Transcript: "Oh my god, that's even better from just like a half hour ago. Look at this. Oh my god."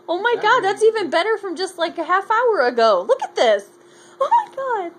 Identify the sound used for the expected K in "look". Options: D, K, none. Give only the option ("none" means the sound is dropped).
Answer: K